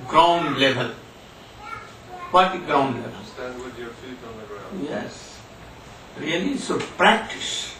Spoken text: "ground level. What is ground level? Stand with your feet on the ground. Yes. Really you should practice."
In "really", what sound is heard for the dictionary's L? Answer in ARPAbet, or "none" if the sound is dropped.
none